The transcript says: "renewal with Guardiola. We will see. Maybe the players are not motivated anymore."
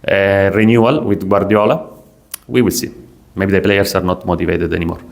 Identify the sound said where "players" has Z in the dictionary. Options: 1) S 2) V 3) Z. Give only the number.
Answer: 1